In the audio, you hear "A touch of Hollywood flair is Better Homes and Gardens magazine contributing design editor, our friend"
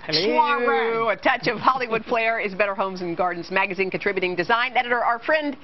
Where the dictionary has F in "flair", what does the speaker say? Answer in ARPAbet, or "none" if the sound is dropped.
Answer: P